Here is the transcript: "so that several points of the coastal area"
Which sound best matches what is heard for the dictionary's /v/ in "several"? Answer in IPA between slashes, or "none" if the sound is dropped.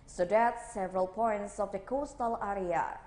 /v/